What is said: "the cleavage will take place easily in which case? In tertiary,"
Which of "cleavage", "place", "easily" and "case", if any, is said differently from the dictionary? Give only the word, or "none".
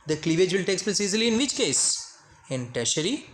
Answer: none